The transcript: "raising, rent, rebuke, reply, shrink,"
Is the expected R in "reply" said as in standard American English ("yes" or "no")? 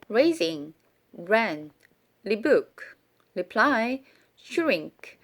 no